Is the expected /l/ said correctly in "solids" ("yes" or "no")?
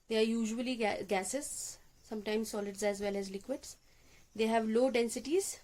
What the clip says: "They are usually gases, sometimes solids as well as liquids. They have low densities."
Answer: yes